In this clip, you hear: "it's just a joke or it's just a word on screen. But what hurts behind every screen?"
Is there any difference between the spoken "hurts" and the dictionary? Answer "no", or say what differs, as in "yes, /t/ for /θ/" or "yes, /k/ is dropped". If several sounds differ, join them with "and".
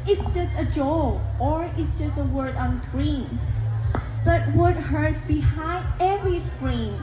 yes, /s/ is dropped